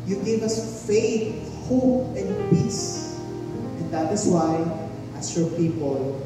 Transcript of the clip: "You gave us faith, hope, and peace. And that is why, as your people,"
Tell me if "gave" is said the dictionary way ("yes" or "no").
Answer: yes